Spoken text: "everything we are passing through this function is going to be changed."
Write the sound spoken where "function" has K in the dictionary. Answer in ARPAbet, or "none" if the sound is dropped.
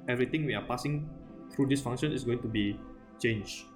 none